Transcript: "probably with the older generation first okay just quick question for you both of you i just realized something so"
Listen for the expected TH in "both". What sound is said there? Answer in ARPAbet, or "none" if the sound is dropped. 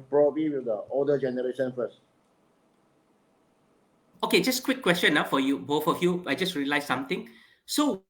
F